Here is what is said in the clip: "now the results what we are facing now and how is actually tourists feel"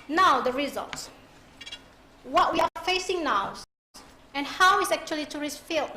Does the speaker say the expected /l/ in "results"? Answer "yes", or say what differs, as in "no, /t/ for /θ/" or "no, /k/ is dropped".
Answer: yes